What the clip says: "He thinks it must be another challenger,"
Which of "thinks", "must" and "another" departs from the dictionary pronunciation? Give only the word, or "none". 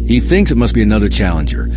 none